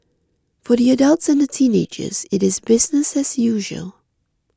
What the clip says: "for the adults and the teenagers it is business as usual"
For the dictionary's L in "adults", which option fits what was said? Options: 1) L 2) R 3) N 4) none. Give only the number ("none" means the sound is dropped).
1